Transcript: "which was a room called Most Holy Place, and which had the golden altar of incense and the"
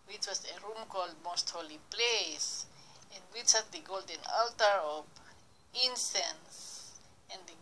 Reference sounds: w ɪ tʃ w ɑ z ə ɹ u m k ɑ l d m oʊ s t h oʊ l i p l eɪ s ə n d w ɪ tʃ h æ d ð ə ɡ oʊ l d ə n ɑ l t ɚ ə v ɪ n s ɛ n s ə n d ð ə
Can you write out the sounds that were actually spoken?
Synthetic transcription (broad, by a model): w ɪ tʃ w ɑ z ə ɹ u m k ɑ l d m oʊ s t h oʊ l i p l eɪ s ə n d w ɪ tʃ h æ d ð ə ɡ oʊ l d ə n ɑ l t ɚ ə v ɪ n s ɛ n s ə n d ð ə